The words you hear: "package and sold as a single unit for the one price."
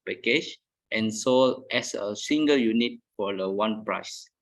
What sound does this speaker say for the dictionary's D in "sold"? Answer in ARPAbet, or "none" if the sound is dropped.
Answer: none